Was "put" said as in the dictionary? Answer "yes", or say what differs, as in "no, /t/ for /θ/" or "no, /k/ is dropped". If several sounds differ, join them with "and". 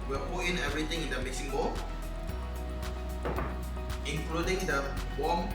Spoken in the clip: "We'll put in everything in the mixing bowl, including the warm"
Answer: no, /t/ is dropped